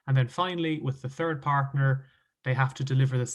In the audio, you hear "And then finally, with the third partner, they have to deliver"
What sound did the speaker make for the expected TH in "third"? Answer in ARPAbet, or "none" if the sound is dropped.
TH